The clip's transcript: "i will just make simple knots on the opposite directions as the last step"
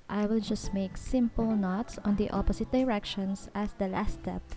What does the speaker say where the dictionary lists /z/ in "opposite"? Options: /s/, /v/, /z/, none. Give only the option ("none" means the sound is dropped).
/s/